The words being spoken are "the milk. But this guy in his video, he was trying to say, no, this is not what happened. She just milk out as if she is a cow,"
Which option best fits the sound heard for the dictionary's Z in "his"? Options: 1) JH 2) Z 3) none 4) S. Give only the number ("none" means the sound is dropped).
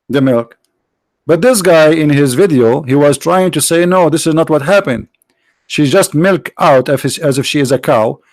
2